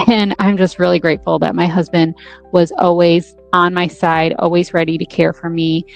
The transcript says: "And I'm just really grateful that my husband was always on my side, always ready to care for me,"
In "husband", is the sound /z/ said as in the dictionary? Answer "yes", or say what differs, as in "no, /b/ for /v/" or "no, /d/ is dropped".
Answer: yes